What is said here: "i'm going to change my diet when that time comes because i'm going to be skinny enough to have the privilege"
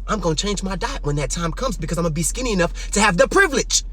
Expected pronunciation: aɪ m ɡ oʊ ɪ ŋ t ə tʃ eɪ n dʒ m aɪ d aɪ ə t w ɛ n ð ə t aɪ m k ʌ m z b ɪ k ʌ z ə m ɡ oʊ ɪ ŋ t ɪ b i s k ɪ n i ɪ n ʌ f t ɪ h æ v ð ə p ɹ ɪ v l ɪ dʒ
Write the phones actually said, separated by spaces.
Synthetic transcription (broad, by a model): aɪ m ɡ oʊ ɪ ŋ tʃ eɪ n dʒ m aɪ d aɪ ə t w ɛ n ð ə t aɪ m k ʌ m z b ɪ k ʌ z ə ɪ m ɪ b i s k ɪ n i ɪ n ʌ f t ɪ v ð ə p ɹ ɪ v l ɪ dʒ